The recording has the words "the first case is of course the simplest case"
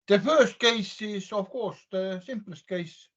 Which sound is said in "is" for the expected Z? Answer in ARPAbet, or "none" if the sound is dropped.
S